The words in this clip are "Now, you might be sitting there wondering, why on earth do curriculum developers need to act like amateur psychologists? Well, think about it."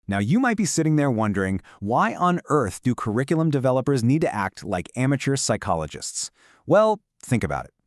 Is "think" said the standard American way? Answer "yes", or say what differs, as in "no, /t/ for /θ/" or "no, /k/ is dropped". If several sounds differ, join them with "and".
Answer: yes